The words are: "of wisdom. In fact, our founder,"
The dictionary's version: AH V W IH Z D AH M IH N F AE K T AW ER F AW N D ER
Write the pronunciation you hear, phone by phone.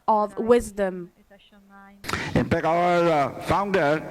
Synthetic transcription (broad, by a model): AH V W IH Z D AH M IH N P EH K AW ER F AW N D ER